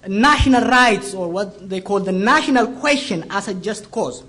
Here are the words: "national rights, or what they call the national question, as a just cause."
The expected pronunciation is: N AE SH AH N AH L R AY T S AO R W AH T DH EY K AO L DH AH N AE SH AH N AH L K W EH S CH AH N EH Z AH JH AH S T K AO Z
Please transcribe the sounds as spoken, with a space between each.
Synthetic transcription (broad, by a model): N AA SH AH N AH L R AY T S AO R W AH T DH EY K AO L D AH N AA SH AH N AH L K W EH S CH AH N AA S AH JH AH S T K AO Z